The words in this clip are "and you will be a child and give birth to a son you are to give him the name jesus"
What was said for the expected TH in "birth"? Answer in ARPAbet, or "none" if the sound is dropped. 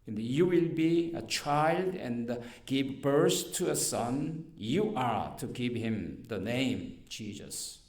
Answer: S